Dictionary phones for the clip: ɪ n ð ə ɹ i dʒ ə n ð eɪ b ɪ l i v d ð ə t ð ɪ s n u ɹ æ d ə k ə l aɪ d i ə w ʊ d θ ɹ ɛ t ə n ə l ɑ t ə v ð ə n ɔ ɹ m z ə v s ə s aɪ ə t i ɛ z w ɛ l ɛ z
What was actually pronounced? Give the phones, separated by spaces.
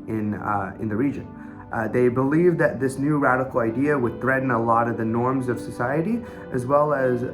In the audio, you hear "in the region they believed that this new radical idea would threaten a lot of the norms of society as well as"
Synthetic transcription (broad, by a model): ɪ n ð ə ɹ i dʒ ə n ð eɪ b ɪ l i v ð ə t ð ɪ s n u ɹ æ d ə k l aɪ d i ə w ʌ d θ ɹ ɛ t n ə l ɑ t ə v ð ə n ɔ ɹ m z ə v s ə s aɪ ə t i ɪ z w ɛ l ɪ z